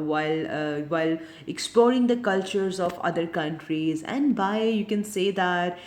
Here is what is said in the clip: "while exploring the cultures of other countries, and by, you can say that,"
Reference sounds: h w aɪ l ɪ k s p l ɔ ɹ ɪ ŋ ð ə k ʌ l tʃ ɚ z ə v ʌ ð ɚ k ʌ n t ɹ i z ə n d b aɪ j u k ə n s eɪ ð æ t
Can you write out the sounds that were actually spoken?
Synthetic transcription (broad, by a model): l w aɪ l ɪ k s p l ɔ ɹ ɪ ŋ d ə k ʌ l tʃ ɚ z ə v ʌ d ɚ k ʌ n t ɹ i z ə n d b aɪ j u k ə n s eɪ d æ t